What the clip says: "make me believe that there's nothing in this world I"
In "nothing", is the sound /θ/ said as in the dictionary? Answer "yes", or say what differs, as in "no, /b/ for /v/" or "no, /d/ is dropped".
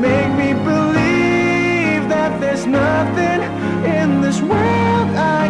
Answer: yes